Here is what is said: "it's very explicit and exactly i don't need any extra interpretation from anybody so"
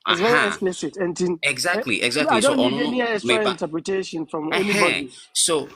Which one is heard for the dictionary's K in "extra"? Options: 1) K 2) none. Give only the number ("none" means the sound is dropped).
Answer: 2